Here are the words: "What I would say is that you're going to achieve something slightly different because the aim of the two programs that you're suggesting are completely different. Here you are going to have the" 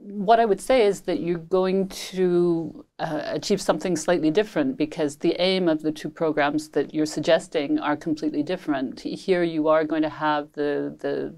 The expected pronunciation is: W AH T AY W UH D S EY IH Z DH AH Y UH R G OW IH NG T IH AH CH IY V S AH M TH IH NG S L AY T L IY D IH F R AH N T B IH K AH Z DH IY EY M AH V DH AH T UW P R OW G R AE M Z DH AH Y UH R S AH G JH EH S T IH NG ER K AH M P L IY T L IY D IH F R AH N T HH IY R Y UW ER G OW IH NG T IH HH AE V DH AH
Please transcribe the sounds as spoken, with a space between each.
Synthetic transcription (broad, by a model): W AH T AY W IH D S EY IH Z DH AH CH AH R G OW IH NG T IH AH CH IY V S AH M TH IH NG S L AY T L IY D IH F R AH N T B IH K AH Z DH IY EY M AH V DH AH T UW P R OW G R AE M Z DH AH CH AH R S AH G JH EH S T IH NG ER K M P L IY T L IY D IH F R AH N T HH IY R Y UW ER G OW IH NG T IH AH V DH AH